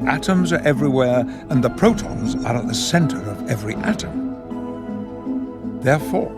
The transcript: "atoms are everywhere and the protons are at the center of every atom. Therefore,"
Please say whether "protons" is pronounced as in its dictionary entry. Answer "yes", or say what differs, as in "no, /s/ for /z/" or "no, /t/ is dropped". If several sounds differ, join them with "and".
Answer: yes